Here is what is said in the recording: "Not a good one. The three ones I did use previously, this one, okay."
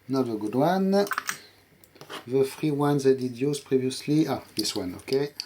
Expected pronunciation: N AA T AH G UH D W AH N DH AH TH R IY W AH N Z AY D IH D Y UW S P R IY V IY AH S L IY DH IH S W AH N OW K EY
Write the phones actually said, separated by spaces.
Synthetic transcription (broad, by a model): N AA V AH G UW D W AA N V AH F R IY W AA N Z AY D IH D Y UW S P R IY V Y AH S L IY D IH S W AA N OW K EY